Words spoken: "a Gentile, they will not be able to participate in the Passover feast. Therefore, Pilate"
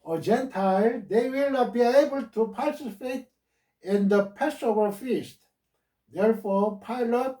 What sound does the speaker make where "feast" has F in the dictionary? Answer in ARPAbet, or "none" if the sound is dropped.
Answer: F